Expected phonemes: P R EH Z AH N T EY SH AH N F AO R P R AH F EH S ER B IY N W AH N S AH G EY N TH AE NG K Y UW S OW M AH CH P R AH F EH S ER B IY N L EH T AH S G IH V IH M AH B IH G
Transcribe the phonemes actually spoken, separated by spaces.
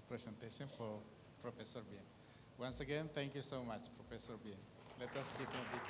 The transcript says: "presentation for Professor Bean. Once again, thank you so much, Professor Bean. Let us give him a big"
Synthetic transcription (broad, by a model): P R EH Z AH N T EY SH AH N F AO R P R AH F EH S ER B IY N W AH N S AH G EY N T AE NG K Y UW S OW M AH CH P R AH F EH S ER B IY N L EH T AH S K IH P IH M AH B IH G